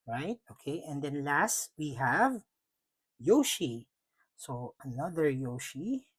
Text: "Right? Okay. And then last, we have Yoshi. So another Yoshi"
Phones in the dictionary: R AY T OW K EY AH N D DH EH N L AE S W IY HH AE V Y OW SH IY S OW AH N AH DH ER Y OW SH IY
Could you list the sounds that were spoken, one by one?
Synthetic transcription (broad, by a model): R AY T OW K EY AH N D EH N L AE S W IY HH AE V Y OW SH IY S OW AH N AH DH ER Y OW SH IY